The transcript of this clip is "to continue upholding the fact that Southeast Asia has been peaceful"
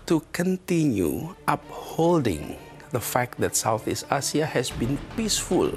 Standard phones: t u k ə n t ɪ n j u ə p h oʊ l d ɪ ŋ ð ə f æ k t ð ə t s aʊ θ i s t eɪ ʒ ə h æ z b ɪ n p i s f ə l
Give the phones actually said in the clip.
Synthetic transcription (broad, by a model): t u k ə n t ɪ n j u ə p h oʊ l d ɪ ŋ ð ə f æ k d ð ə t s aʊ θ i s t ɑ s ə h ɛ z b ɪ n p i s f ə l